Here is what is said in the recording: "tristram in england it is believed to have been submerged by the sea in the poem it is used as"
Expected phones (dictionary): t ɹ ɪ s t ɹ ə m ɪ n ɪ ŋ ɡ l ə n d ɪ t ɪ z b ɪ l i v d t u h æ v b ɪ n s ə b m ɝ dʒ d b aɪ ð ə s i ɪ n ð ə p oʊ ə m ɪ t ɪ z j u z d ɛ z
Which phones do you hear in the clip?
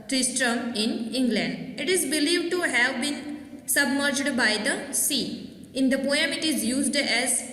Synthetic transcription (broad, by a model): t ɹ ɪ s t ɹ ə m ɪ n ɪ ŋ ɡ l ə n d ɪ t ɪ z b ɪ l i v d t u h æ v b ɪ n s ə b m ɝ dʒ d b aɪ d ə s i ɪ n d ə p oʊ ə m ɪ t ɪ z j u z d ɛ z